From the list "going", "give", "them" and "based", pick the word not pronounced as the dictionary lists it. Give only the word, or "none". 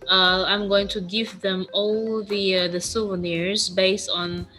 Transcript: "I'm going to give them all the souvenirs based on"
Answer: none